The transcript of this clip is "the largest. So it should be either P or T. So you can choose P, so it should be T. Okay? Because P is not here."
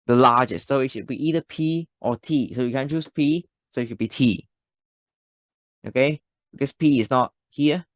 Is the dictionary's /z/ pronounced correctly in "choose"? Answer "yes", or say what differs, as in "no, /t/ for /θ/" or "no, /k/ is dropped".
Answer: no, /s/ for /z/